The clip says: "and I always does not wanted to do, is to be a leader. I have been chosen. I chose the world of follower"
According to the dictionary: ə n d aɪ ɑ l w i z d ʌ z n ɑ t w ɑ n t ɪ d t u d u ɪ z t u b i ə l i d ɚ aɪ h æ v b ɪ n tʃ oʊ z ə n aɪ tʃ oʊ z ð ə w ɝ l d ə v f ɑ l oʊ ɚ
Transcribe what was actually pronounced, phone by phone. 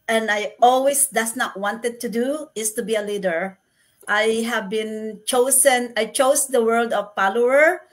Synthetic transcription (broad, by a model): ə n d aɪ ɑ l w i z d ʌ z n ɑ t w ɑ n t ɪ d t u d u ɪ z t u b i ə l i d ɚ aɪ h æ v b ɪ n tʃ oʊ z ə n aɪ tʃ oʊ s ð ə w ɝ l d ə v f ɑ l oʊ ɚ